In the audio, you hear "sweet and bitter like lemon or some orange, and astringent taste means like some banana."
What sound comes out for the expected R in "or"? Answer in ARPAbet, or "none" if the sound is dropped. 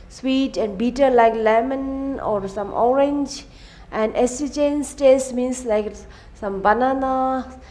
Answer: R